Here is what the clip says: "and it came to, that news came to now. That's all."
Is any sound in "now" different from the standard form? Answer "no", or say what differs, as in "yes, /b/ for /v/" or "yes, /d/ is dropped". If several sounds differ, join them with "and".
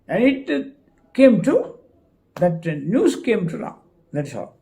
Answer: yes, /l/ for /n/